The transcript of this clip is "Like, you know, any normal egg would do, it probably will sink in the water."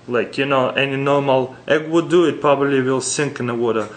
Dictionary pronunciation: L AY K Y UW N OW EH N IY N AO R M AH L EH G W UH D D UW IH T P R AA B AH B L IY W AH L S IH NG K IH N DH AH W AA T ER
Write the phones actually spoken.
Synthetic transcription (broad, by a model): L AY K Y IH N OW EH N IY N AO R M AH L EH G W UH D D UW IH T P R AA B AH B L IY W AH L S IH NG K IH N DH AH W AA T ER